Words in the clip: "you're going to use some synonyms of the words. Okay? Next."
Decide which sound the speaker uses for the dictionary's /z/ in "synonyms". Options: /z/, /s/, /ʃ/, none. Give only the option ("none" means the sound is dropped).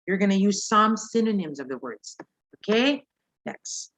/z/